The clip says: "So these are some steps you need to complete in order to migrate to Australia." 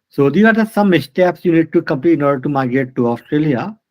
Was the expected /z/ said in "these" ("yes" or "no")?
no